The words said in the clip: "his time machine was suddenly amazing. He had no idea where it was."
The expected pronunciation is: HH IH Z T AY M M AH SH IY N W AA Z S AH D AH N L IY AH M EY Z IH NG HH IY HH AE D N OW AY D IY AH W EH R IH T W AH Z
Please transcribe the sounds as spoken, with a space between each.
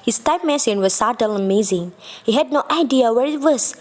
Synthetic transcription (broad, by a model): HH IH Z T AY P M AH S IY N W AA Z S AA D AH L AH M EY Z IH NG HH IY HH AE D N OW AY D IY AH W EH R IH T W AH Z